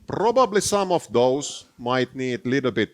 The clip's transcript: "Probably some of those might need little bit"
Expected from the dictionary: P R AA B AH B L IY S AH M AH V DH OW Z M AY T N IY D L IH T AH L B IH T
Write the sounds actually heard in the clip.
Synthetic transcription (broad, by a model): P R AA B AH B L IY S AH M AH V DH OW S M AY T N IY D L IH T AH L B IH T